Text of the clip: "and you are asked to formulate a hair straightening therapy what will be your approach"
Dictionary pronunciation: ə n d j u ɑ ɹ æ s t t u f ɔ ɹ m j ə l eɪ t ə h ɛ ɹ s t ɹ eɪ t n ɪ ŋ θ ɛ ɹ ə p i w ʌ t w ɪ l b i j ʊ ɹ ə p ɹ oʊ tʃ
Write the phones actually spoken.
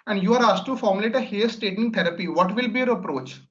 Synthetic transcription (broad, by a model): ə n d j u ɑ ɹ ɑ s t t u f ɔ ɹ m j ə l eɪ t ə h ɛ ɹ s t eɪ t ɪ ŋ t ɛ ɹ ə p i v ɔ t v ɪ l b i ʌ ɹ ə p ɹ oʊ tʃ